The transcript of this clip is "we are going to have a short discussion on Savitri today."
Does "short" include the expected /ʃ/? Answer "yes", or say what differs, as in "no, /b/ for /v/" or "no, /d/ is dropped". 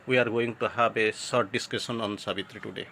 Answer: no, /s/ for /ʃ/